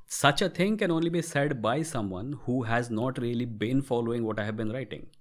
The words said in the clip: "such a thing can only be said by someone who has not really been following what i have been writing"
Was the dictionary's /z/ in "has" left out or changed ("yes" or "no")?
no